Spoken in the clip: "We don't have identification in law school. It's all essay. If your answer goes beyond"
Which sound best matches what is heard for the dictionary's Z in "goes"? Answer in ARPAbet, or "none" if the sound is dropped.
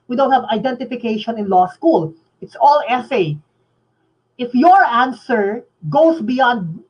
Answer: S